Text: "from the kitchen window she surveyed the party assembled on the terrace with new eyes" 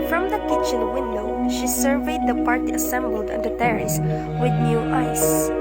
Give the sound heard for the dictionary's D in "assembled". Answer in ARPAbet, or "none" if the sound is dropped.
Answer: D